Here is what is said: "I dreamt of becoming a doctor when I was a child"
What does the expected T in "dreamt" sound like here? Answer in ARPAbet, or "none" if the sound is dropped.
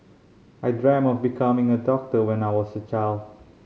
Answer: none